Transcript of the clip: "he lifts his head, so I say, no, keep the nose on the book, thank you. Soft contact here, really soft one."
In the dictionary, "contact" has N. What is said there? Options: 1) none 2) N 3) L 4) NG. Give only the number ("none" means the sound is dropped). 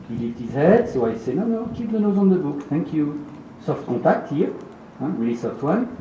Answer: 1